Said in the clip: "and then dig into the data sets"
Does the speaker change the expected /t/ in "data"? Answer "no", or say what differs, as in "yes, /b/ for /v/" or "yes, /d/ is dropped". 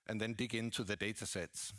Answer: no